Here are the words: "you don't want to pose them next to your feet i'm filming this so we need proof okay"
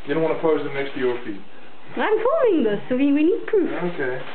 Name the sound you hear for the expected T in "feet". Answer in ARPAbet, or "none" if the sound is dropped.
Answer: none